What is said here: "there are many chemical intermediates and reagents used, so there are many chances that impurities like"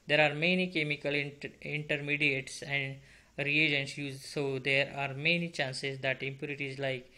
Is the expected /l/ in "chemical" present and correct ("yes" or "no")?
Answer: yes